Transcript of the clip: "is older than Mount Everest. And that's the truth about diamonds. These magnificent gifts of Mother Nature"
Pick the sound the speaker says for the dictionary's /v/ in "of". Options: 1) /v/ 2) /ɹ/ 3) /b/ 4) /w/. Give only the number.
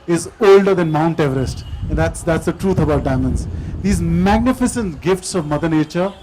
1